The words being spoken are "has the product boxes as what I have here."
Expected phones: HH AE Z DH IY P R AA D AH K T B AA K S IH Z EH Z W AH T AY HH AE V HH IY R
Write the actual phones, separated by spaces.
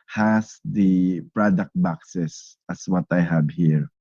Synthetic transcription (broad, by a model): HH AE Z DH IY P R AA D AH K T B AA K S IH S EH S W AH T AY HH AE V HH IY R